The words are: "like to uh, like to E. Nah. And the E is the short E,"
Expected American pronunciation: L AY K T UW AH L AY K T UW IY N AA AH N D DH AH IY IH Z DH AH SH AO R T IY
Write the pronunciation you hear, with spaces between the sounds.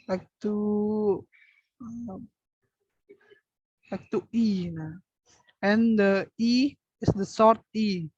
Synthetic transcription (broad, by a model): L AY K T UW AH L AY K T UW IY N AA AH N D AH IY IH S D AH S AO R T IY